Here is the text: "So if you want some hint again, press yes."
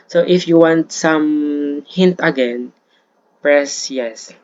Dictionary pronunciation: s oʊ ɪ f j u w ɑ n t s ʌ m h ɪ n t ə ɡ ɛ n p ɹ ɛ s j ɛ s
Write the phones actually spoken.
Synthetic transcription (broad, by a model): s oʊ ɪ f j u w ɑ n t s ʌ m h ɪ n t ə ɡ ɛ n p ɹ ɛ s j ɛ s